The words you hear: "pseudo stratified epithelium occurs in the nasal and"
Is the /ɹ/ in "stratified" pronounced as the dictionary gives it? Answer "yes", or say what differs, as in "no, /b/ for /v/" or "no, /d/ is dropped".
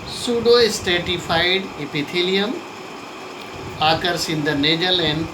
no, /ɹ/ is dropped